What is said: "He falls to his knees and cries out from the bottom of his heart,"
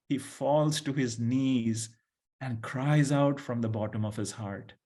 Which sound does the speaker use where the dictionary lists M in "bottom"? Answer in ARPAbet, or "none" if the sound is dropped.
M